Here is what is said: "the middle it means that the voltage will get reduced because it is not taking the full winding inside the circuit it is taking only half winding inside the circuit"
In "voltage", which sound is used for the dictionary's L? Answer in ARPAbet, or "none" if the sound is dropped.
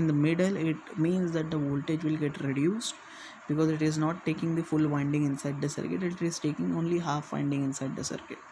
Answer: L